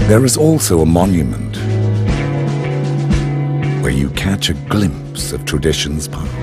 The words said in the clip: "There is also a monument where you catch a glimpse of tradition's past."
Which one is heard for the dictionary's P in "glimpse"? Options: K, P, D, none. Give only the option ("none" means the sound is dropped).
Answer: P